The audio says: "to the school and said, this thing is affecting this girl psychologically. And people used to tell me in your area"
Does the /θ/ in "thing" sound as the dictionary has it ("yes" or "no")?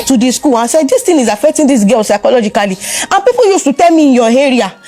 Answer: no